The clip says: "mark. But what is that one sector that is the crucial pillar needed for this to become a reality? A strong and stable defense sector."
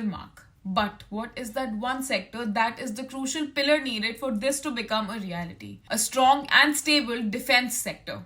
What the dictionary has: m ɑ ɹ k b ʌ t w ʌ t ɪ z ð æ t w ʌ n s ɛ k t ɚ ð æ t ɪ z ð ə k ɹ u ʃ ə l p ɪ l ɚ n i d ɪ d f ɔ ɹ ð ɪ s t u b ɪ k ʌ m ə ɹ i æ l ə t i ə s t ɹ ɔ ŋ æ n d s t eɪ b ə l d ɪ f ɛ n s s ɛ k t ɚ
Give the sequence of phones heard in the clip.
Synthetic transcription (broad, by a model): m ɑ ɹ k b ʌ t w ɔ t ɪ z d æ t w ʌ n s ɛ k t ɚ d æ t ɪ z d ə k ɹ u ʃ ə l p ɪ l ɚ n i d ɪ d f ɔ ɹ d ɪ s t u b ɪ k ʌ m ə ɹ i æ l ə t i ə s t ɹ ɔ ŋ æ n d s t eɪ b ə l d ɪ f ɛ n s s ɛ k t ɚ